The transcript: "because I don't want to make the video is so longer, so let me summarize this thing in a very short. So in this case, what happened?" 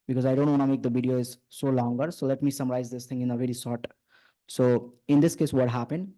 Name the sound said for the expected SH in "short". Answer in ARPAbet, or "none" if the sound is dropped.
S